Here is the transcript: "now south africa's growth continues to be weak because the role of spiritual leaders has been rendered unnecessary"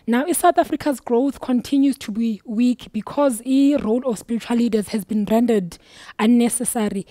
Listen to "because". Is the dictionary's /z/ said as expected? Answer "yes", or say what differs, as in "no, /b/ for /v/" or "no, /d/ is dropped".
yes